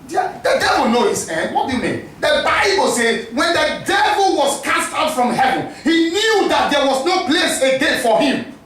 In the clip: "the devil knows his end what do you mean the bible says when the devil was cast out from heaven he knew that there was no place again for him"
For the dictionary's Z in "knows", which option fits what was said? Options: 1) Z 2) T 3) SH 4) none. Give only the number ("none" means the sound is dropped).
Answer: 4